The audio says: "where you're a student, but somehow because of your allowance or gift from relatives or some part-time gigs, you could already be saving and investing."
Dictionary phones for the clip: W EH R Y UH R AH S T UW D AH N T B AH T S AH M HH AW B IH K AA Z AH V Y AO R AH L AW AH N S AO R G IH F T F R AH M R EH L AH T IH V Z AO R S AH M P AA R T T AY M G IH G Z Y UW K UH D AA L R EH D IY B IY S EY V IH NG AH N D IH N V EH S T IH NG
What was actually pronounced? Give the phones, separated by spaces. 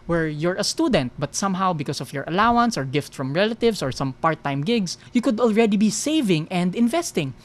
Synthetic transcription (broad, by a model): W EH R Y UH R AH S T UW D AH N T B AH T S AH M HH AW B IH K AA S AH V Y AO R AH L AW AH N S AO R G IH F T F R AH M R EH L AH T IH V S AO R S AH M P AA R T T AY M G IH G S Y UW K UH D AA L R EH D IY B IY S EY V IH NG AH N D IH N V EH S T IH NG